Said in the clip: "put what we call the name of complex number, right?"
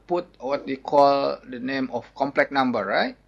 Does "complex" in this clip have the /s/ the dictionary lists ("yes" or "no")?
no